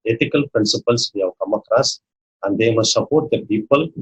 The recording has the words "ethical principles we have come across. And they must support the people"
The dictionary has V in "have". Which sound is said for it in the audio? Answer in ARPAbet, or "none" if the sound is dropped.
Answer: W